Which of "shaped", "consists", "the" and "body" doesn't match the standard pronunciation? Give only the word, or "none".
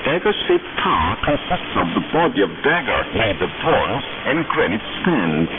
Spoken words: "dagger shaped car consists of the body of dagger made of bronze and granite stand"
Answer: shaped